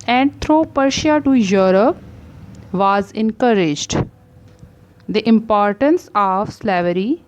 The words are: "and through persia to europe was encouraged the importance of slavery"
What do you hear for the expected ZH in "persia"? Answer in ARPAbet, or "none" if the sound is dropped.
SH